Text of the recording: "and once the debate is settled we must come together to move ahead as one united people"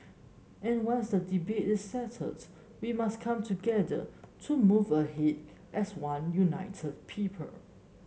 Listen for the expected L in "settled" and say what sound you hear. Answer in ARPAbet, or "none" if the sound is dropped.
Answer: none